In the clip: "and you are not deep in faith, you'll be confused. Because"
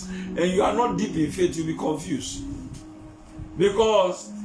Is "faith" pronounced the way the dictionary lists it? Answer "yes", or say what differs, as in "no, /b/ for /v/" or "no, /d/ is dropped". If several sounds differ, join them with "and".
no, /t/ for /θ/